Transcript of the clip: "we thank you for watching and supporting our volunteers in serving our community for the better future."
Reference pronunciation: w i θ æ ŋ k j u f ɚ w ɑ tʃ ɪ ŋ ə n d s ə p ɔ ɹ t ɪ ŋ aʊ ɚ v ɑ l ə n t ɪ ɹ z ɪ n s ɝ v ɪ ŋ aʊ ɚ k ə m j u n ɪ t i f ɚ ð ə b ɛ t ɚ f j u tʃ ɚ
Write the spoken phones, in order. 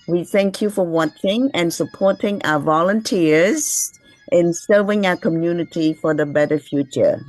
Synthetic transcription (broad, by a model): w i θ æ ŋ k j u f ɚ w ɑ tʃ ɪ ŋ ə n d s ə p ɔ ɹ t ɪ ŋ aʊ ɚ v ɑ l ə n t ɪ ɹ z ɪ n s ɝ v ɪ ŋ aʊ ɚ k ə m j u n ɪ t i f ɚ ð ə b ɛ t ɚ f j u tʃ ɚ